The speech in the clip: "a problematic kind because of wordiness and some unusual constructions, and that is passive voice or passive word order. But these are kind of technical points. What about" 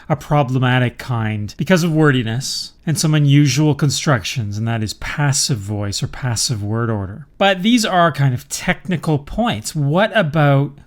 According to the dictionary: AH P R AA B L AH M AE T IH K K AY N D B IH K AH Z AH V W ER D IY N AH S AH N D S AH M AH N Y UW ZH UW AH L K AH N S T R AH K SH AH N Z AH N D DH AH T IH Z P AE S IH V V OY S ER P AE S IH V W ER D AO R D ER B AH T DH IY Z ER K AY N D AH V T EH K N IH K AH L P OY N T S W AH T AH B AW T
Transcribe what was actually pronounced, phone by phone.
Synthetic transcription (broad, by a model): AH P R AA B L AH M AE T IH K K AY N D B IH K AH Z AH V W ER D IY N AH S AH N S AH M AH N Y UW ZH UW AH L K AH N S T R AH K SH AH N Z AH N DH AH T IH Z P AE S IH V V OY S ER P AE S IH V W ER D AO R D ER B AH T DH IY Z ER K AY N D AH V T EH K N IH K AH L P OY N T S W AH T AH B AW T